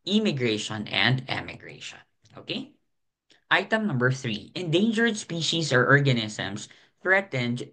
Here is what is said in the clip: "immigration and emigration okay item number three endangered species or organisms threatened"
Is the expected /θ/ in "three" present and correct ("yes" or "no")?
yes